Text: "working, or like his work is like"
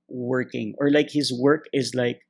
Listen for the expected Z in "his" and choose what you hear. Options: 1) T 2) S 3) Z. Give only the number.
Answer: 3